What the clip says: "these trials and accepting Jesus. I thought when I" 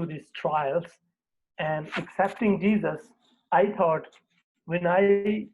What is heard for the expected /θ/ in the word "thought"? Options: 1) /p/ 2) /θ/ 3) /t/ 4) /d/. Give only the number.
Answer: 3